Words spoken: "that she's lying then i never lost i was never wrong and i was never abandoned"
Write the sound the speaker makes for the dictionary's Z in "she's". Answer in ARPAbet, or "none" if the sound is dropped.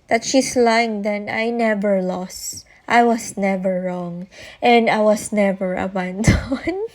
S